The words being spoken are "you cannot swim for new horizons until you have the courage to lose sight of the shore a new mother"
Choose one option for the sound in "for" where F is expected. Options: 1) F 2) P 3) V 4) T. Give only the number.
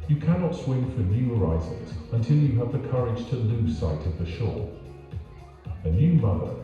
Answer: 1